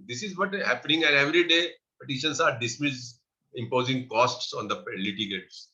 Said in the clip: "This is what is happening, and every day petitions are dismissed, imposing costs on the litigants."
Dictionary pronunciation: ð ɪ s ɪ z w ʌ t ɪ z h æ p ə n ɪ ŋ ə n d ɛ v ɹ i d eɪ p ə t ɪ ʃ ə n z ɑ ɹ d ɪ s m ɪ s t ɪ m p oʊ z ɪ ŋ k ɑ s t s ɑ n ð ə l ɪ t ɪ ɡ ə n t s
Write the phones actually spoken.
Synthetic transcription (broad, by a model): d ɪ s ɪ z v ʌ t h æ p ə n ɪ ŋ ə n d ɛ v ɹ i d eɪ p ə t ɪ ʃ ə n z ɑ ɹ d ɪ s m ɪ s ɪ m p oʊ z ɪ ŋ k ɑ s t s ɑ n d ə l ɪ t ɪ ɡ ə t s